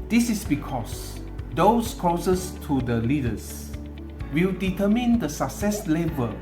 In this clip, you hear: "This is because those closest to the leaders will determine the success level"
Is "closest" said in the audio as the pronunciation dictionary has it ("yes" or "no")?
no